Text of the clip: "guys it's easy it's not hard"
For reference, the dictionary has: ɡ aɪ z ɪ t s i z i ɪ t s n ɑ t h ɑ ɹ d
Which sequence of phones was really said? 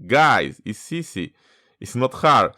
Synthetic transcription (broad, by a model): ɡ aɪ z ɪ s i s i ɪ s n ɑ t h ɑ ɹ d